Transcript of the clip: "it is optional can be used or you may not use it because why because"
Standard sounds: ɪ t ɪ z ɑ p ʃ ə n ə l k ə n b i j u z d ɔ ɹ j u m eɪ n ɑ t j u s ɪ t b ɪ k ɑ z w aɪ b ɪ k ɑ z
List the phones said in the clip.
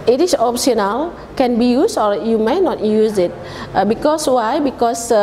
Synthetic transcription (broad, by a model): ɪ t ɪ s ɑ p s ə n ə l k ə n b i j u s ɔ ɹ j u m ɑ n ɑ t j u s ɪ t b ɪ k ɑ s w aɪ b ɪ k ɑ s